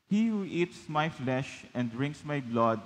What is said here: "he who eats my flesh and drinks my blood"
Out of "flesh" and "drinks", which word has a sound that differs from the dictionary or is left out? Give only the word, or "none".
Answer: none